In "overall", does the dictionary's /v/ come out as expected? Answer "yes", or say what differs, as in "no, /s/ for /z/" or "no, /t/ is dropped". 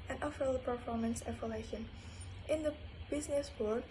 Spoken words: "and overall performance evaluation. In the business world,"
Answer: no, /f/ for /v/